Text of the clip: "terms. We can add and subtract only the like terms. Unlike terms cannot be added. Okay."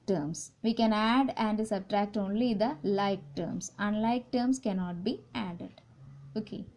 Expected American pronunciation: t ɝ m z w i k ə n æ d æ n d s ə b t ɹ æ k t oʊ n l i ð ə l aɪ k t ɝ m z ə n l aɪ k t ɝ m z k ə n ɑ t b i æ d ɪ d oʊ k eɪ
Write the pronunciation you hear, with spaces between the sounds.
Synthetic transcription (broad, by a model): t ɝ m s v i k ə n æ d æ n d s ə b t ɹ æ k t oʊ n l i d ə l aɪ k t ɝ m s ə n l aɪ k t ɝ m s k ə n ɑ t b i æ d ɪ d oʊ k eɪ